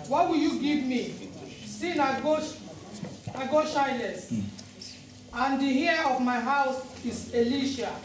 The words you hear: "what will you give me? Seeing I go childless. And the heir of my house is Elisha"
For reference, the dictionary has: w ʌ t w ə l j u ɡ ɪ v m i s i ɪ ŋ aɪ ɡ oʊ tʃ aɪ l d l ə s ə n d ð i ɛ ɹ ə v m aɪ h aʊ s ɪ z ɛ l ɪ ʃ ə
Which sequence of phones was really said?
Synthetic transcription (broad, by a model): w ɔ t w ə l j u ɡ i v m i s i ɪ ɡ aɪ ɡ oʊ ʃ aɪ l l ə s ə n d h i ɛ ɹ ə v m aɪ h aʊ s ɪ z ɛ l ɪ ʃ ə